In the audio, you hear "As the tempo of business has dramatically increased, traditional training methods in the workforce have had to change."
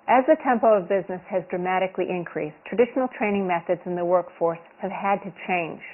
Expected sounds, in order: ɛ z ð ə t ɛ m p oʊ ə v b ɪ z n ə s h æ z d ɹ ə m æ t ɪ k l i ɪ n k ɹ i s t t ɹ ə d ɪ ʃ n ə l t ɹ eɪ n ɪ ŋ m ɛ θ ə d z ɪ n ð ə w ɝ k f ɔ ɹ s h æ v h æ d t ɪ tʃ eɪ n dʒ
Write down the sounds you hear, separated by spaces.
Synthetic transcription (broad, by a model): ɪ z ð ə t ɛ m p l ə v b ɪ z n ə s h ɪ z d ɹ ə m æ t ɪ k l i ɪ n k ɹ i s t t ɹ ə d ɪ ʃ n l t ɹ eɪ n ɪ ŋ m ɛ θ ə d z ɪ n ð ə w ɝ k f ɔ ɹ s h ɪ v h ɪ d t ɪ tʃ eɪ n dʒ